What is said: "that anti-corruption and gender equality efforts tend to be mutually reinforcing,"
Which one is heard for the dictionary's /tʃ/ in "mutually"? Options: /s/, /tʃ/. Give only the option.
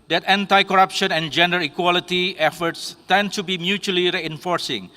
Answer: /tʃ/